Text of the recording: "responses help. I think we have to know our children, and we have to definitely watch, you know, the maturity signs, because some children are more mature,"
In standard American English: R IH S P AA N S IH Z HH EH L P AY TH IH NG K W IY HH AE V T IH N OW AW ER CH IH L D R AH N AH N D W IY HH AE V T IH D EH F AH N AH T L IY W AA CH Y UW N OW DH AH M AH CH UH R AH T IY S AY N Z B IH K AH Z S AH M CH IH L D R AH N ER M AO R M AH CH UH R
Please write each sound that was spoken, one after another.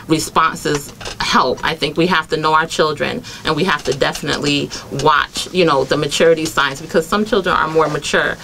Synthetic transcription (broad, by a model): R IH S P AA N S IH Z HH EH L P AY TH IH NG K W IY HH AE F T IH N OW AW ER CH IH L D R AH N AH N W IY HH AE F T IH D EH F AH N AH T L IY W AA CH Y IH N OW DH AH M AH CH UH R AH T IY S AY N S B IH K AH Z S AH M CH IH L D R AH N ER M AO R M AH CH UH R